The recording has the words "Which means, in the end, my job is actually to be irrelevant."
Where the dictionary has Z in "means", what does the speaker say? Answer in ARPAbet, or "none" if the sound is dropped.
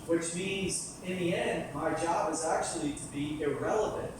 Z